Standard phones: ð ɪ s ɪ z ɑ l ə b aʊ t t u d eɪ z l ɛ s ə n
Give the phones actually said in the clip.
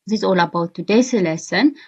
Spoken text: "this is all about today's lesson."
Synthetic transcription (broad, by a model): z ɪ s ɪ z ɑ l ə b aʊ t t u d eɪ s l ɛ s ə n